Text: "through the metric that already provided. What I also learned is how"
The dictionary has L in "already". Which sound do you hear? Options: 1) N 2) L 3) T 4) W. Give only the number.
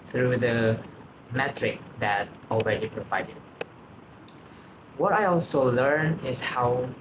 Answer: 2